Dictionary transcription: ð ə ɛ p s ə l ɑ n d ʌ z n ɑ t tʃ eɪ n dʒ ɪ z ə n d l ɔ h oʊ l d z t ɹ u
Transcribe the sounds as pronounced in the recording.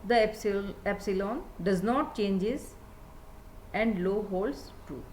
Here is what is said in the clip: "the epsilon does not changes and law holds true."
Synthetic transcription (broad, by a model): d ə ɛ p s ə l ɑ n d ʌ z n ɑ t tʃ eɪ n dʒ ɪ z ə n d l ɔ h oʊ l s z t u